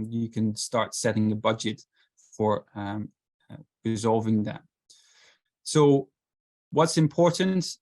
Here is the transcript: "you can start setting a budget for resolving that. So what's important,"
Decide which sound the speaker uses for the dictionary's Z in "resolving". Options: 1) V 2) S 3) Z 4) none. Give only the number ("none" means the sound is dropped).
3